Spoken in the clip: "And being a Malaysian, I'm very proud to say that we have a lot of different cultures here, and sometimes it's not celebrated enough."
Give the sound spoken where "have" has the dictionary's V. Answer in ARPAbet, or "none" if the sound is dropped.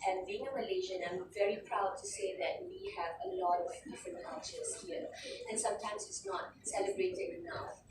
V